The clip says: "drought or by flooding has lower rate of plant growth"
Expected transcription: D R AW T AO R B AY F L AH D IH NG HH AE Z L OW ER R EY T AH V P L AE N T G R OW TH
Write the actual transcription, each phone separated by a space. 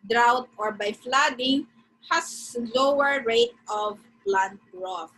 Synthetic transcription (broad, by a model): D R AW T AO R B AY F L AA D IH NG HH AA S L OW ER R EY T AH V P L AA N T R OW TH